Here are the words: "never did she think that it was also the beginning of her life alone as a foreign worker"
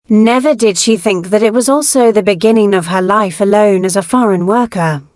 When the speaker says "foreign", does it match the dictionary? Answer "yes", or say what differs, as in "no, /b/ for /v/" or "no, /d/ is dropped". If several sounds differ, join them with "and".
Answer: yes